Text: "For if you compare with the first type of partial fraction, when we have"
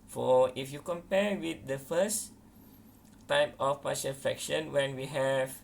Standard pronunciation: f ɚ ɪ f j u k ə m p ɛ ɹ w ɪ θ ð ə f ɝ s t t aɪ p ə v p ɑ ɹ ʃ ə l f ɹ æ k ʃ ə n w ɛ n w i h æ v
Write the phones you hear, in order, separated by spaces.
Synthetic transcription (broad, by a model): f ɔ ɪ f j u k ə m p ɛ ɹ w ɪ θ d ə f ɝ s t t aɪ p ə f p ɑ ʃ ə n f ɛ k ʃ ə n w ɛ n w i h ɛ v